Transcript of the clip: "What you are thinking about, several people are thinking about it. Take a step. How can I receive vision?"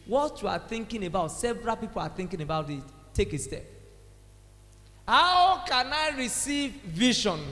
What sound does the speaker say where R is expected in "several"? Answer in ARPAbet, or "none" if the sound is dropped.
R